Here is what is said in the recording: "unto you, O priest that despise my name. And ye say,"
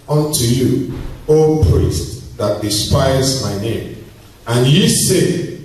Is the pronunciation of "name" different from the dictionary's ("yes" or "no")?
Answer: no